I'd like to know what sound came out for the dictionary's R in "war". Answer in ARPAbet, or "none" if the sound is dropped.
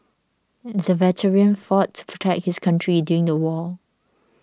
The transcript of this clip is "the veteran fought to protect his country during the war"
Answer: L